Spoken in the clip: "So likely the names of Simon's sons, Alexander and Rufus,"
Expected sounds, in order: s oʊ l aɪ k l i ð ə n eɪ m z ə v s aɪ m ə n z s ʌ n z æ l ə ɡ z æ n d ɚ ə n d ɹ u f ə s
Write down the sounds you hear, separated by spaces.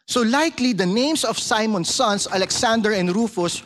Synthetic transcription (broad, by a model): s oʊ l aɪ k l i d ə n eɪ m s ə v s aɪ m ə n s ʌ n s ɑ l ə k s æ n d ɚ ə n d ɹ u f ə s